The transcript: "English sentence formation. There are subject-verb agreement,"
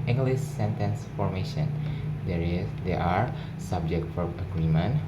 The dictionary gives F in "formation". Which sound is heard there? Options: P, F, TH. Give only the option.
F